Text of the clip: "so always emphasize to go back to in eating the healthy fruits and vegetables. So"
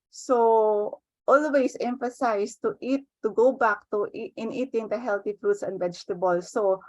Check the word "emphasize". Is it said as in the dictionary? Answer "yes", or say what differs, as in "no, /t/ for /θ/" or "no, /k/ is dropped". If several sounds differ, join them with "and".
no, /s/ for /z/